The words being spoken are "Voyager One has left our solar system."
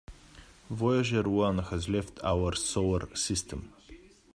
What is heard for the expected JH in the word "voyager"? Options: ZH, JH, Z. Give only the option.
ZH